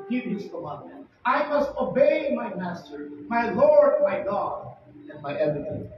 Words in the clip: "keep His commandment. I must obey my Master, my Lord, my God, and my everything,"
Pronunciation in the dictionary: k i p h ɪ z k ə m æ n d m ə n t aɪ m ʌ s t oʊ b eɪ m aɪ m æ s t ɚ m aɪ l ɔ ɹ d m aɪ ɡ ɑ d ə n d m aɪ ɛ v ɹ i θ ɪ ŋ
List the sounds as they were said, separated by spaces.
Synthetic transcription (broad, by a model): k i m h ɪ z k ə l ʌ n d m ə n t aɪ m ʌ s t oʊ b eɪ m aɪ m æ s t ɚ m aɪ l ɔ ɹ d m aɪ ɡ ɑ d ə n m aɪ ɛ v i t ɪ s